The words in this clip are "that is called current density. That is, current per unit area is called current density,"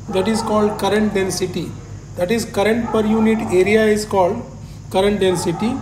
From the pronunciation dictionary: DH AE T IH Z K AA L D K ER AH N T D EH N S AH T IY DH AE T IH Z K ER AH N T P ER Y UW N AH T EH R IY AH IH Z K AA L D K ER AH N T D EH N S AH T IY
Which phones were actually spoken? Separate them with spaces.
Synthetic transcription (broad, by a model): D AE T IH Z K AA L D K ER AH N T D EH N S AH T IY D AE T IH Z K ER AH N T P ER Y UW N AH T EH R IY AH IH Z K AA L D K ER AH N T D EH N S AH T IY